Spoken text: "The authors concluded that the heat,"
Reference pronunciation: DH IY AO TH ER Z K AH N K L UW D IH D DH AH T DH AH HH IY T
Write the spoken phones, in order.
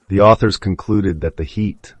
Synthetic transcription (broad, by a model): DH IY AO TH ER Z K AH N K L UW D IH D DH AH T DH AH HH IY T